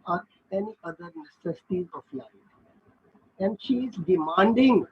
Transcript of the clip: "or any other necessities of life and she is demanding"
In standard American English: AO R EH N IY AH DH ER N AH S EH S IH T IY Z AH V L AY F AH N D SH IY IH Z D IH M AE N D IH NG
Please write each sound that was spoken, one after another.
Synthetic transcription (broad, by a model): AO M EH N IY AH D ER N AH S EH S IH T IY Z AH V L AY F AH N D SH IY IH Z D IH M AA N D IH NG